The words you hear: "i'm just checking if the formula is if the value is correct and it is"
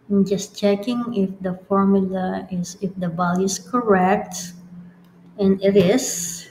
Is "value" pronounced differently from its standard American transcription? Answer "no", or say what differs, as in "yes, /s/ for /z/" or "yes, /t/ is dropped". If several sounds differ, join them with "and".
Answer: yes, /b/ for /v/